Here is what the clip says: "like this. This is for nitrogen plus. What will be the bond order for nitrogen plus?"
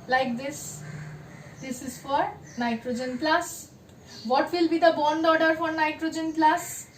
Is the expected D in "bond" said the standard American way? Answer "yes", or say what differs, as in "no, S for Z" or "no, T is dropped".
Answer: yes